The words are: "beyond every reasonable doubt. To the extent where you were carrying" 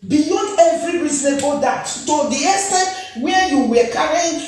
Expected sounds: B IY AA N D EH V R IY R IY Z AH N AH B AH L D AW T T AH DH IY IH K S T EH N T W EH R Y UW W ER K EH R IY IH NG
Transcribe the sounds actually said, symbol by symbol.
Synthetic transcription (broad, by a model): B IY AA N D EH V R IY R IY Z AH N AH B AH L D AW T T AH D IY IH S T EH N W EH Y UW W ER K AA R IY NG